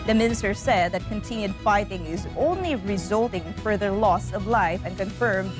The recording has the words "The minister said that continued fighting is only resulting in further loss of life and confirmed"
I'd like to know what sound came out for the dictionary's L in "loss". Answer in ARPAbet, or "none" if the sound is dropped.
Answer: L